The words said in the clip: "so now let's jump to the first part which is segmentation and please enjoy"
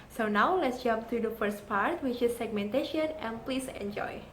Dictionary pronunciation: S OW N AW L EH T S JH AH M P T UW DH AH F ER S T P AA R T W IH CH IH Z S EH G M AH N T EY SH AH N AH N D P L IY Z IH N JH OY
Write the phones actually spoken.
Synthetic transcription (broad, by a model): S OW N AW L EH T S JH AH M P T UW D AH F ER S T P AA R T W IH CH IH S EH G M AH N T EY SH AH N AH N P L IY S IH N JH OY